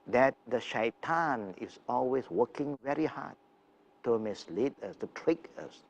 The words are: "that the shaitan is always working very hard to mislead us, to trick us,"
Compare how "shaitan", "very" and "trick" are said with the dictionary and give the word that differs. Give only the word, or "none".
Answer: none